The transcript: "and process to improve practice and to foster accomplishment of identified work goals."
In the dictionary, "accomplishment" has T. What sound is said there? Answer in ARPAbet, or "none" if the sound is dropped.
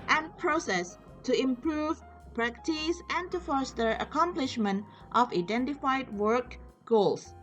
T